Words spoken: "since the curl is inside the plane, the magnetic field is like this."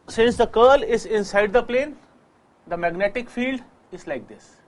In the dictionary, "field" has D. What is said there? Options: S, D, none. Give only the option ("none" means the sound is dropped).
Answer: D